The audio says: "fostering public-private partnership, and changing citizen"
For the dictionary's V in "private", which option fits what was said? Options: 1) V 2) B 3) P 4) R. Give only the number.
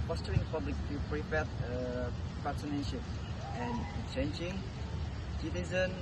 3